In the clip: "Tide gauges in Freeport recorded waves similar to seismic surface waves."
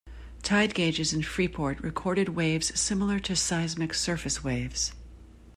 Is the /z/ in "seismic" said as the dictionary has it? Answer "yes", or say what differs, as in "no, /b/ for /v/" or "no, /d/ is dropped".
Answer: yes